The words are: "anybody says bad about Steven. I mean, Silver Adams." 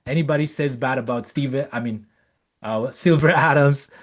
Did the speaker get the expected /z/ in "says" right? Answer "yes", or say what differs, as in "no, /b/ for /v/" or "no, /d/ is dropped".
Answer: yes